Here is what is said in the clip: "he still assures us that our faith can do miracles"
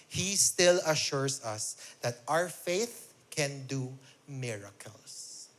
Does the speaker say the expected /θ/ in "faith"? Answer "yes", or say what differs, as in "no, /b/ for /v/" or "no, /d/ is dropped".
yes